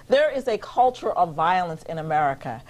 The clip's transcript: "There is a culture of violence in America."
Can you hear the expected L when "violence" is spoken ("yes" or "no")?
yes